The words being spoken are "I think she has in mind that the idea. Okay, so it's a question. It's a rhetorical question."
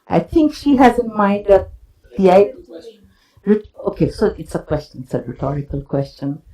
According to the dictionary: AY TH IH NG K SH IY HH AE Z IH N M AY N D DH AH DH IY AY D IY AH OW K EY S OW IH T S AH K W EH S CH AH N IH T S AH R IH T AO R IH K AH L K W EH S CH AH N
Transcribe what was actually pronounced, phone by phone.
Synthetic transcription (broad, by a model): AY T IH NG K SH IY HH AE Z IH N M AY N D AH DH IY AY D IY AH OW K EY S OW IH T S AH K W EH S CH AH N IH T S AH R IH T AO R IH K AH L K W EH S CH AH N